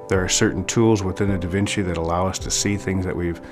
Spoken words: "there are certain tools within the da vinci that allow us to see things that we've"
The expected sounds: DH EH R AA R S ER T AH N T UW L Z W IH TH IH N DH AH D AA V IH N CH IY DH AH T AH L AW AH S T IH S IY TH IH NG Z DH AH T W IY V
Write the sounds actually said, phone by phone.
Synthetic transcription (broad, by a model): DH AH R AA R S ER T N T UW L Z W IH TH IH N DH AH D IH V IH N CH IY DH AH T AH L AW AH S T IH S IY TH IH NG Z DH AH T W IY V